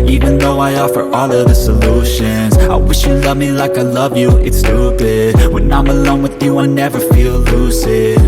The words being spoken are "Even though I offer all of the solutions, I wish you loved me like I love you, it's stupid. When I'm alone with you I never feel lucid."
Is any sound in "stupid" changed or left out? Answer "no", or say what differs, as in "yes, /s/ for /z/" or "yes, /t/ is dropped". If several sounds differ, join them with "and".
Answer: yes, /b/ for /p/